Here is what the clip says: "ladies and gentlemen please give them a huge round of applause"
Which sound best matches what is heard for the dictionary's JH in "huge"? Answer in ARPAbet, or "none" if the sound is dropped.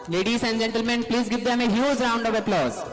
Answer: Z